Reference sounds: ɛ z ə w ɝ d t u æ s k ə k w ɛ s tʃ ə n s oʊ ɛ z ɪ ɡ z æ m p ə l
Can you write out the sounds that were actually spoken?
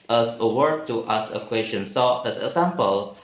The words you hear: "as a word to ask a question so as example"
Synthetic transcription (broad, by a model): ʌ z ə w ɝ d t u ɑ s ə k w ɛ s tʃ ə n s oʊ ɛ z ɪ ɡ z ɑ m p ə l